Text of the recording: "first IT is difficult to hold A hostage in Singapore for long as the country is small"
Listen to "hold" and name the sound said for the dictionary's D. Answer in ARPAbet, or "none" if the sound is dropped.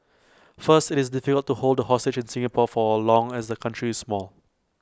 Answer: D